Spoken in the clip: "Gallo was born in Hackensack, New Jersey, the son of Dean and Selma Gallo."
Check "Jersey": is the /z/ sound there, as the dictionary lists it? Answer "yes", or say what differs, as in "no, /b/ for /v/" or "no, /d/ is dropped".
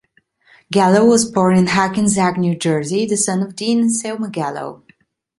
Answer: yes